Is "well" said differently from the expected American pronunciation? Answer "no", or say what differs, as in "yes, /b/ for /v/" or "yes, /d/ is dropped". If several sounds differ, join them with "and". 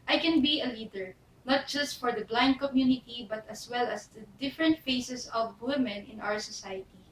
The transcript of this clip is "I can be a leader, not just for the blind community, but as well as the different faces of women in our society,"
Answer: no